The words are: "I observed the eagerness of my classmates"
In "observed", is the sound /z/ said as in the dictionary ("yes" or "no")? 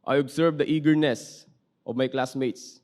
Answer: no